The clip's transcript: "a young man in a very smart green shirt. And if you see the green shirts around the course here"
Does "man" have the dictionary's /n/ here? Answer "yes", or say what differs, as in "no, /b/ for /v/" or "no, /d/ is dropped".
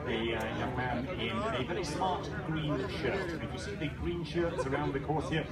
yes